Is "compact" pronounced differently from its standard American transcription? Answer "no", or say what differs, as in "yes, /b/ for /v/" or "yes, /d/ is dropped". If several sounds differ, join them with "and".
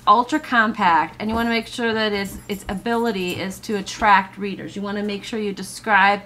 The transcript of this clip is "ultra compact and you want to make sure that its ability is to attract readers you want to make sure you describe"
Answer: no